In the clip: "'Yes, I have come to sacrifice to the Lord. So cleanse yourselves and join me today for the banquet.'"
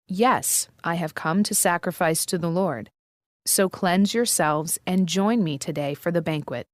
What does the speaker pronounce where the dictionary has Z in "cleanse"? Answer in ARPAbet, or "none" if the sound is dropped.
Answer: Z